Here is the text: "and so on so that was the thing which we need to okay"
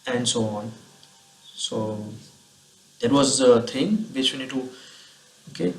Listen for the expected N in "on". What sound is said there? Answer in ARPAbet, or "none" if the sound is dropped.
N